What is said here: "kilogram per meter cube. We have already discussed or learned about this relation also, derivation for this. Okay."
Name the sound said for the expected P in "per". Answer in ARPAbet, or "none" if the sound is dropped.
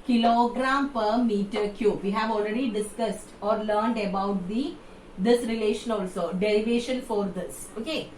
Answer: P